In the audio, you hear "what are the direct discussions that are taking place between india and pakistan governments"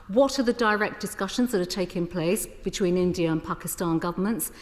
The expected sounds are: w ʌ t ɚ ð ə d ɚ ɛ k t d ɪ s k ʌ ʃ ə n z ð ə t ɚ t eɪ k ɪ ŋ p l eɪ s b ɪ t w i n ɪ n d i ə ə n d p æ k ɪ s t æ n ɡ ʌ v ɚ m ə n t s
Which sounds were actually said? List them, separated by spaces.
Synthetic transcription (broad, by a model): w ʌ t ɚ ð ə d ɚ ɛ k d ɪ s k ʌ ʃ ə n z ð ə t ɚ t eɪ k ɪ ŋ p l eɪ s b ɪ t w i n ɪ n d i ə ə n p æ k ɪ s t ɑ n ɡ ʌ v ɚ m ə n t s